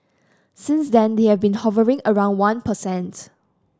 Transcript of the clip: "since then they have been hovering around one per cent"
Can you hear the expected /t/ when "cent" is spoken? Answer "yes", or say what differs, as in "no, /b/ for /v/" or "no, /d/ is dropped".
yes